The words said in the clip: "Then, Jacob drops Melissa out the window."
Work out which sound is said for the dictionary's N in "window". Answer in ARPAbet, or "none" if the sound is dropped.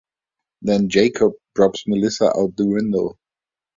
N